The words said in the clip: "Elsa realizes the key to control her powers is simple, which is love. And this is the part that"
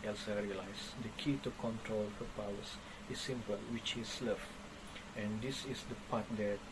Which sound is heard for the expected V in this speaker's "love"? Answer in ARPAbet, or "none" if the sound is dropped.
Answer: F